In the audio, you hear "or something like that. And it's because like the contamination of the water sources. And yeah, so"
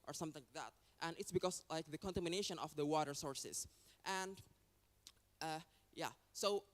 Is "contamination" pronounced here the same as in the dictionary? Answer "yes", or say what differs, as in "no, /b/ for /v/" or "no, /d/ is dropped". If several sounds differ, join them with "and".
yes